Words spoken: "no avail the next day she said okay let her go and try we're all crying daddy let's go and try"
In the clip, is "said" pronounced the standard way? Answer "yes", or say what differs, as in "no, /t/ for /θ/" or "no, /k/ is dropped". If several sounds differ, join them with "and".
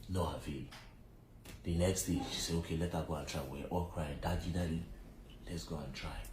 no, /d/ is dropped